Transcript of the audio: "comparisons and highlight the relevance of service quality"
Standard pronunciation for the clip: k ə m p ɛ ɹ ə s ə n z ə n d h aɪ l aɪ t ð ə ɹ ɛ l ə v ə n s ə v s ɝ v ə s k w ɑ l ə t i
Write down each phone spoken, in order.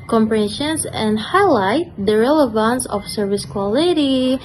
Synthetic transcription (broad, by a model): k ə m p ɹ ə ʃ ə n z ə n d h aɪ l aɪ t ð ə ɹ ɛ l ə v ə n s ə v s ɝ v ə s k w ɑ l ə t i